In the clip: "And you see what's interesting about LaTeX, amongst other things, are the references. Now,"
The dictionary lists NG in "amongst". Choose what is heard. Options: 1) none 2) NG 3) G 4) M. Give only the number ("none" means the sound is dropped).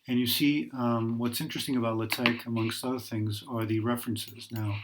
2